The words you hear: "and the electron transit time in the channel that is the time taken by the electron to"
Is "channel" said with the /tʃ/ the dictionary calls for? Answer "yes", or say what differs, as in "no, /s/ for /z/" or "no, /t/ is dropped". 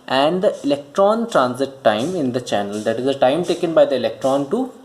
yes